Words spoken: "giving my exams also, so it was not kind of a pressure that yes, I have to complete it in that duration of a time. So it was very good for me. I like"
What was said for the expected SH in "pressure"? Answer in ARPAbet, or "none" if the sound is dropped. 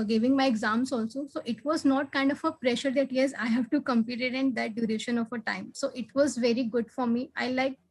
SH